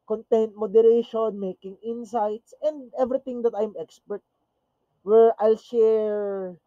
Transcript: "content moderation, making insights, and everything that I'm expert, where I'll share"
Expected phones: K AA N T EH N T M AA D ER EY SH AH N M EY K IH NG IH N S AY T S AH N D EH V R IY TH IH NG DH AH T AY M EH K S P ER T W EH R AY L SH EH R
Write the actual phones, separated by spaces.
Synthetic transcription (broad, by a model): K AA N T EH N T M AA D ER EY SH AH N M EY K IH NG IH N S AY T S AH N D EH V R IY T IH NG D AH T AY M EH K S P ER T W EH R AY L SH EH R